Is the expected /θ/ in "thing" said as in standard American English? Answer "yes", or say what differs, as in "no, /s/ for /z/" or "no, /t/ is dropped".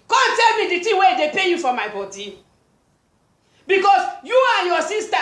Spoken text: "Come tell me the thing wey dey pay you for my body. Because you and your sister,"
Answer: no, /t/ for /θ/